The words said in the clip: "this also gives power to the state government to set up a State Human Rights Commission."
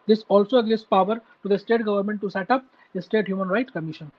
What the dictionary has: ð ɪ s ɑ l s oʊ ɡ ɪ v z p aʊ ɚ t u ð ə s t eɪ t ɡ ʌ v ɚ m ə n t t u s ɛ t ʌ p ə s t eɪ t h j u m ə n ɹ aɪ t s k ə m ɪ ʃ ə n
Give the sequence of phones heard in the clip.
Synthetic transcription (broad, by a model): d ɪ s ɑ l s oʊ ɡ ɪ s p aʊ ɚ t u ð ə s t eɪ t ɡ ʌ v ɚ m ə n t t u s ɛ t ʌ p ə s t eɪ t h j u m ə n ɹ aɪ t s k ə m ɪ ʃ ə n